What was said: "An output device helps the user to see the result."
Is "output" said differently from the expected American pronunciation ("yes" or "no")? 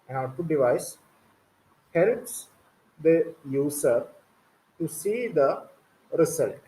yes